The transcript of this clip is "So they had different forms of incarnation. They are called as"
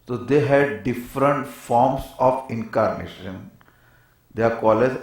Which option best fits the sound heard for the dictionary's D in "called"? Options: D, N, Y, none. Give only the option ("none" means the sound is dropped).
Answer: none